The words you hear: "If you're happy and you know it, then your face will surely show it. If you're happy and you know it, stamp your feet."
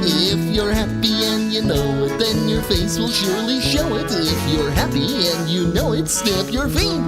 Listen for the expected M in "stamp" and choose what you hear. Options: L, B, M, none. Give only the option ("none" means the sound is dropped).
none